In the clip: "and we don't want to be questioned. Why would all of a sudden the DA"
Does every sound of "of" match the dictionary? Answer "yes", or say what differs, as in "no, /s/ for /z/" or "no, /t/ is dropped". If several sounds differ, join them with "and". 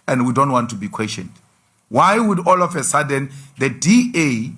no, /f/ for /v/